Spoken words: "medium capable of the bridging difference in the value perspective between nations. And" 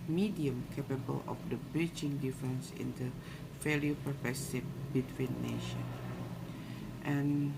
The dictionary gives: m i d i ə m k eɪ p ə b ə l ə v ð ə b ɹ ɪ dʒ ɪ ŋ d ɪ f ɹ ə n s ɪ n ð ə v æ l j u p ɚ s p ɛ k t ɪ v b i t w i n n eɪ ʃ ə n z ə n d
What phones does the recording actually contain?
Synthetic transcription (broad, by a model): m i d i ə m k eɪ p ə b ə l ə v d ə b ɹ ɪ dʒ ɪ ŋ d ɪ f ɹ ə n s ɪ n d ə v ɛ l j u p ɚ p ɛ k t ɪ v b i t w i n n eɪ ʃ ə n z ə n